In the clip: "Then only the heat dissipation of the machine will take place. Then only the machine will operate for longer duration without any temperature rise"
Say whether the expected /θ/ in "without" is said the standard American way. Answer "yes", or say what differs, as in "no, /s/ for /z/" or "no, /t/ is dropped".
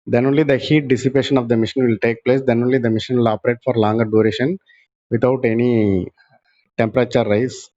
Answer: no, /t/ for /θ/